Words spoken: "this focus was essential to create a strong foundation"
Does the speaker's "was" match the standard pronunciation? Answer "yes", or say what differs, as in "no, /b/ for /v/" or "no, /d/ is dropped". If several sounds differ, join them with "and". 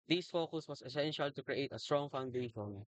no, /s/ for /z/